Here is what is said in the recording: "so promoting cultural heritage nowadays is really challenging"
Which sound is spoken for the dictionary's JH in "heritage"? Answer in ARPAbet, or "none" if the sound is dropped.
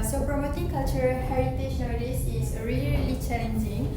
SH